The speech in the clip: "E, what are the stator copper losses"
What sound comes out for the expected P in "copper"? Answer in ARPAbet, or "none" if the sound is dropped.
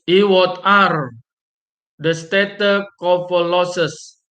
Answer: F